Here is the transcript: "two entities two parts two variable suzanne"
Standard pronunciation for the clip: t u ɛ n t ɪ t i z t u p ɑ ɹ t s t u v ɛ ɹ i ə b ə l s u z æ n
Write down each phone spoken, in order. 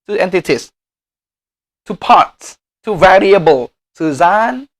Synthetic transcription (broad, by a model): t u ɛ n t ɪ t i s t u p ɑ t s t u v ɛ ɹ i ə b ə l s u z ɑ n